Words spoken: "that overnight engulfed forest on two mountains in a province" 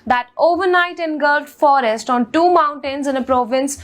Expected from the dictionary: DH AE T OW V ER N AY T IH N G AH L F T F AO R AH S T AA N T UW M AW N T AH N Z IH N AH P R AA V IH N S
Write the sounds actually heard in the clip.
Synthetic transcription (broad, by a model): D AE T OW V ER N AY T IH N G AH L T F AO R AH S T AA N T UW M AW N T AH N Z IH N AH P R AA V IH N S